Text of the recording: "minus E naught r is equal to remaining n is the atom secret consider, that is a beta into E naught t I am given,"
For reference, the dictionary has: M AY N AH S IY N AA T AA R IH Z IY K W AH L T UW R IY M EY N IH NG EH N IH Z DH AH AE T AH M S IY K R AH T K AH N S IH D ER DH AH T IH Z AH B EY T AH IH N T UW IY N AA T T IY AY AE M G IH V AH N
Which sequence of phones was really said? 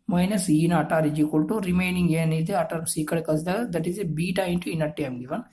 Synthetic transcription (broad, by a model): M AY N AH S IY N AA T AA R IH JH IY K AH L T UW R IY M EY N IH NG EH N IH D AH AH T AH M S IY K AH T K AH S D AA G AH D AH T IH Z AH B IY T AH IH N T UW IY N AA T T IY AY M G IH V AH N